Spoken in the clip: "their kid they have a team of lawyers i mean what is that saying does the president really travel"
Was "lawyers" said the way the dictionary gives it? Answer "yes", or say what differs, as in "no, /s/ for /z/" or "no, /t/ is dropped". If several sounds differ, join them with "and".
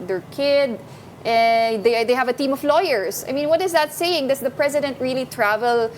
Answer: no, /s/ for /z/